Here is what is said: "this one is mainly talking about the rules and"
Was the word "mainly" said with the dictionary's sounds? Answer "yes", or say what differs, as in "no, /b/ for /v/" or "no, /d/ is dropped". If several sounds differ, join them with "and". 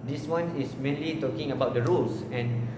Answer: yes